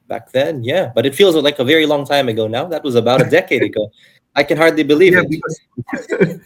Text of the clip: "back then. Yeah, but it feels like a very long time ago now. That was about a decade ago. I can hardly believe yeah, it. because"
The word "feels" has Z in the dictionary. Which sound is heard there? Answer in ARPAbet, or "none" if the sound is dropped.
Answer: Z